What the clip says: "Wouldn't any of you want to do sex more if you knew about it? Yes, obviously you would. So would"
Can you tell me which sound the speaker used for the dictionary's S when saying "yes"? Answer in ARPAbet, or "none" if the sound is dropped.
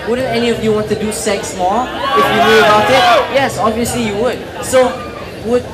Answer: S